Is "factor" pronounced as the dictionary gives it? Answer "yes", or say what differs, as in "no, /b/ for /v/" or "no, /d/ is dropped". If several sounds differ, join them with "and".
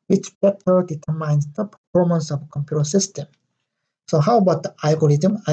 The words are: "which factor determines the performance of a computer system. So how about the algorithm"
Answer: no, /k/ is dropped